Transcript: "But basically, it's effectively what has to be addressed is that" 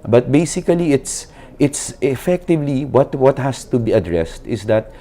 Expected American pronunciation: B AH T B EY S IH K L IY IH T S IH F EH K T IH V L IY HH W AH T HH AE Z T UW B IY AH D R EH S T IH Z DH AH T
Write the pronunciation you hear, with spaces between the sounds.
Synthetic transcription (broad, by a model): B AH T B EY S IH K L IY IH T S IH F EH K T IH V L IY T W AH T HH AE S T UW B IY AH D R EH S T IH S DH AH T